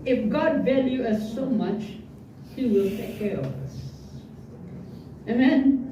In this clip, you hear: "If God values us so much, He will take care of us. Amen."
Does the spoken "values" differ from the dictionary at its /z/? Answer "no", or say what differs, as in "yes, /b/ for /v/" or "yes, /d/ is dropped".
yes, /z/ is dropped